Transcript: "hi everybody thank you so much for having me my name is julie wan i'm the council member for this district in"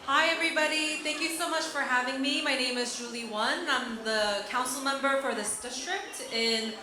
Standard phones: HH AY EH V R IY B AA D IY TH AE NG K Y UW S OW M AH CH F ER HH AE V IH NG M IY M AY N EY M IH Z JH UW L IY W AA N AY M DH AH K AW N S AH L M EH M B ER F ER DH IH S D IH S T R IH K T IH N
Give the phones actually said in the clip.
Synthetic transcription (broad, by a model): HH AY EH V R IY B AA D IY TH AE NG K Y UW S OW M AH CH F ER HH AE V IH NG M IY M AY N EY M IH Z JH UW L IY W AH N AY M DH AH K AW N S L M EH M B ER F ER DH IH S D IH S T R IH K T IH N